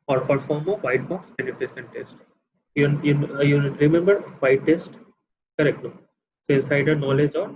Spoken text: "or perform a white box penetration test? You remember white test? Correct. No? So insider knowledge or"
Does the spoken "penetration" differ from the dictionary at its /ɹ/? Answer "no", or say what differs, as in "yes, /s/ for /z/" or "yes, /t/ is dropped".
yes, /ɹ/ is dropped